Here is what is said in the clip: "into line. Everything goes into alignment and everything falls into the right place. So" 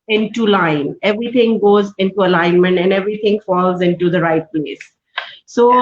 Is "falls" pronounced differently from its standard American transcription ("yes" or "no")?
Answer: no